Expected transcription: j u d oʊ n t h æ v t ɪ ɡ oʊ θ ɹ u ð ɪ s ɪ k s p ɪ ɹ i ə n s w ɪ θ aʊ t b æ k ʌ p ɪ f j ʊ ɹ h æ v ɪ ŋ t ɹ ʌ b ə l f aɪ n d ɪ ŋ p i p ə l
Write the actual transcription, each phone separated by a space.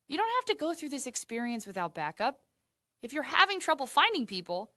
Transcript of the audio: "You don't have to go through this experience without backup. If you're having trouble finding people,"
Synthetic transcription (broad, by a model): j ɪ d oʊ n t h æ f t ɪ ɡ oʊ θ ɹ u ð ɪ s ɪ k s p ɪ ɹ i ə n s w ɪ θ aʊ t b æ k ʌ p ɪ f j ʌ ɹ h æ v ɪ ŋ t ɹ ʌ b l f aɪ n d ɪ ŋ p i p l